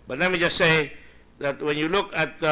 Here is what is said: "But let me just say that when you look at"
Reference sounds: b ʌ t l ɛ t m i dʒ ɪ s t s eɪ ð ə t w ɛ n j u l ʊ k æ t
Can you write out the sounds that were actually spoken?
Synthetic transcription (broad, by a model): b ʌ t n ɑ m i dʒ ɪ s s eɪ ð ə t w ɛ n j u l ʊ k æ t